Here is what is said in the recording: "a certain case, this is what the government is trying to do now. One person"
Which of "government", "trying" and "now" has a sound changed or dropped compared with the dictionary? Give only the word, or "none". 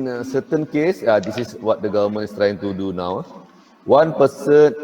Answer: government